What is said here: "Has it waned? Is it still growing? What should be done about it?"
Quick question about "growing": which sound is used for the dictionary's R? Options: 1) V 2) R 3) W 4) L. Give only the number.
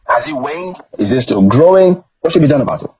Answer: 2